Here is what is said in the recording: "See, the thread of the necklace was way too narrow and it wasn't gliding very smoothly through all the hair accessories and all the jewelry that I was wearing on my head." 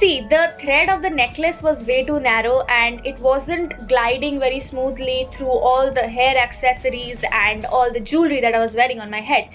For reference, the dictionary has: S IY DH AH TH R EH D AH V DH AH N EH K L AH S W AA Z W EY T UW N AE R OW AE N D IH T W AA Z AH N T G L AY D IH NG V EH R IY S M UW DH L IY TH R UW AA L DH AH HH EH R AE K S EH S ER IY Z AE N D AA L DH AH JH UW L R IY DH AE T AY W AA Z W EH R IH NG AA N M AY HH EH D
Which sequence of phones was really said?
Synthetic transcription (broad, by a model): IY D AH T R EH D AH V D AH N EH K L AH S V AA Z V EY T UW N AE R OW AE N D IH T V AA Z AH N T G L AY D IH NG V EH R IY S M UW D L IY T R UW AA L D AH HH EH R AE K S EH S ER IY Z AE N D AA L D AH JH UW L R IY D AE T AY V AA Z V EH R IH NG AA N M AY HH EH D